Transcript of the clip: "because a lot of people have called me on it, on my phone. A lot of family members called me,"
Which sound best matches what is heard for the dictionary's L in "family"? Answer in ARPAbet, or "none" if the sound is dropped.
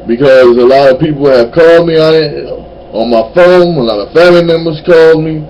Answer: none